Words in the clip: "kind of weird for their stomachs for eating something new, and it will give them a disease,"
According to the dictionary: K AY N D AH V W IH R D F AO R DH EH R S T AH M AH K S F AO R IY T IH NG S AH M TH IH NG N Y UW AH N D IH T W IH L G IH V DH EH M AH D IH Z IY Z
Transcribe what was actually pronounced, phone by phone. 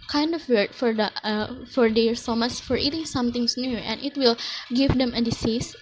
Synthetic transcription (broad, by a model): K AY N D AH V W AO R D F AO R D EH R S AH M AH S F AO R IY T IH NG S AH M T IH NG N Y UW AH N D IH T W IH L G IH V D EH M AH D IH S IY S